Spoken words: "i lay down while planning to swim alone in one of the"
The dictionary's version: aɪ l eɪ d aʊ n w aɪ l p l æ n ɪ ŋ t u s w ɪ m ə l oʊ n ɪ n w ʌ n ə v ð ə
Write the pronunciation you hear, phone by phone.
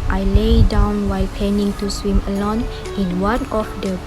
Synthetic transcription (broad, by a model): aɪ l eɪ d aʊ n w aɪ l p ɛ n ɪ ŋ t u s w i m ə l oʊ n ɪ n w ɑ n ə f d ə